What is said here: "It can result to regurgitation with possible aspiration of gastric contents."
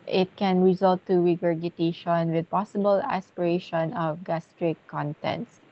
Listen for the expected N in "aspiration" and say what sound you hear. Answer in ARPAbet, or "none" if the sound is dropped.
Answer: N